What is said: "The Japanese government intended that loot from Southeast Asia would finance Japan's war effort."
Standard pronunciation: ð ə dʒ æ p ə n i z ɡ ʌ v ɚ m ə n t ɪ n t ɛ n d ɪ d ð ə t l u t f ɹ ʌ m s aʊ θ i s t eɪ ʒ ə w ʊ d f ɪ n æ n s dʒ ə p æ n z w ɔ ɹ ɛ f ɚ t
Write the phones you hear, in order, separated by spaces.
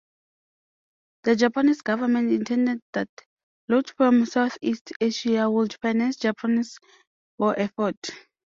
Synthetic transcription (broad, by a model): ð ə dʒ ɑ p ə n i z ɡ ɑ v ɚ m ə n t ɪ n t ɛ n d ɪ d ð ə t l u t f ɹ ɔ m s aʊ θ i s t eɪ ʃ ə w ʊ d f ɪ n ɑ n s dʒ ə p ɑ n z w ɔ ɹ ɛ f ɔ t